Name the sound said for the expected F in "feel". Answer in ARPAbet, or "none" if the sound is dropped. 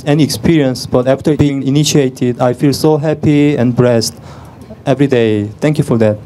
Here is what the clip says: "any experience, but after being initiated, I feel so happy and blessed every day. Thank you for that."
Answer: F